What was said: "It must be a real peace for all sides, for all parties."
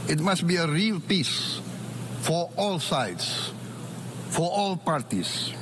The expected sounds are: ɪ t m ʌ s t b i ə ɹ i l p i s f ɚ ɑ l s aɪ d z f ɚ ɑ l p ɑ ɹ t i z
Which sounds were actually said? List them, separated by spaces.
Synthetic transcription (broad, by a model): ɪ t m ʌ s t b i ə ɹ i l p i s f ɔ ɑ l s aɪ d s f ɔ ɑ l p ɑ ɹ t i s